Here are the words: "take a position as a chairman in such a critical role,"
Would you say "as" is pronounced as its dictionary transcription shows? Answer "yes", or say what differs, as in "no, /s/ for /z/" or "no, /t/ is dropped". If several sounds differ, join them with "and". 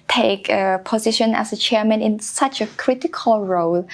no, /s/ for /z/